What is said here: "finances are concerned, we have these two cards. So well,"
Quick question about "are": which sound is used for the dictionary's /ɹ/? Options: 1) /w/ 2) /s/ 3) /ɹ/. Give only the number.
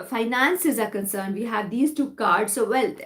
3